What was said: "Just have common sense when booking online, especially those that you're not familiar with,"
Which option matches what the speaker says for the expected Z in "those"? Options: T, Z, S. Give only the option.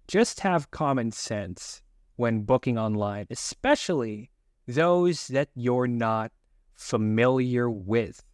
Z